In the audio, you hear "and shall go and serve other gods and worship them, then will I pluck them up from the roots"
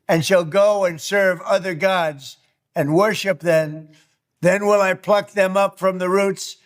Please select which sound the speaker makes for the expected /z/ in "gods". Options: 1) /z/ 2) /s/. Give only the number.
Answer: 1